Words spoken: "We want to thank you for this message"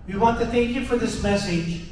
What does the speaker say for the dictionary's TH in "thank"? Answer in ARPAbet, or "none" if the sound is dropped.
TH